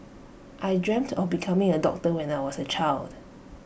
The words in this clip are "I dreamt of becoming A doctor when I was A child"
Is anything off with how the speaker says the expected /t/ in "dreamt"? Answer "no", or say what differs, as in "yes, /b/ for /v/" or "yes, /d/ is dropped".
no